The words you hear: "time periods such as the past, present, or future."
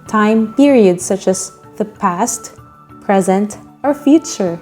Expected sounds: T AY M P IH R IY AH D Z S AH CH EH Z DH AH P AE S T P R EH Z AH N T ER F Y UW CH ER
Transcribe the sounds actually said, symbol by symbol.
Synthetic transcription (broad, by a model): T AY M P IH R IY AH D S AH CH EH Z DH AH P AE S T P R EH Z AH N T ER F Y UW CH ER